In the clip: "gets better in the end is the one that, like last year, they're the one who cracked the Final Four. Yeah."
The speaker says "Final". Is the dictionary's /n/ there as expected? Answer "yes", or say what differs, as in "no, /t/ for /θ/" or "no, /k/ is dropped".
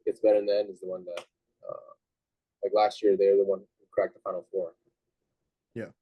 no, /n/ is dropped